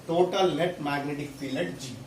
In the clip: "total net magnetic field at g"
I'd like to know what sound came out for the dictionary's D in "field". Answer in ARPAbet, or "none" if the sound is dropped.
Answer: none